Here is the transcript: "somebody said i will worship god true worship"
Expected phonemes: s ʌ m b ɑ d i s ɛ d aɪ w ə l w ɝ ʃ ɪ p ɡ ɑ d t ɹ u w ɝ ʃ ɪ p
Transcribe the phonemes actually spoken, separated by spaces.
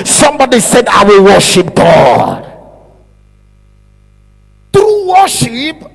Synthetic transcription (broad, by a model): s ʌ m b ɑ d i s ɛ d aɪ w ə l w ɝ ʃ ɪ p ɡ ɑ d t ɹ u w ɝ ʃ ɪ p